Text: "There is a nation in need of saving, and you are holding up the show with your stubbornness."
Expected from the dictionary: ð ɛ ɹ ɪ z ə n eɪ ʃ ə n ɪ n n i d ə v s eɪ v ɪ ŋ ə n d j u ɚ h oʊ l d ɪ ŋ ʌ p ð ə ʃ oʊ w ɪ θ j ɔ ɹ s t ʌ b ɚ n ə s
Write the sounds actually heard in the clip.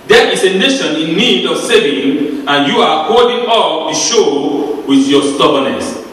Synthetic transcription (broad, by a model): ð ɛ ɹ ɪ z ə n eɪ ʃ ə n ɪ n n i d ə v s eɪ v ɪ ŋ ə n j u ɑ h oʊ d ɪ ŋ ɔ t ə ʃ oʊ w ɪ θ j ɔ s t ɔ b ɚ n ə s